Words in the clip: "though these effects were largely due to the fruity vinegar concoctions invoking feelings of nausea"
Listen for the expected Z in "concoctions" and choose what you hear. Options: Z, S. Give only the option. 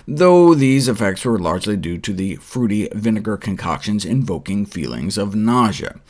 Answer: Z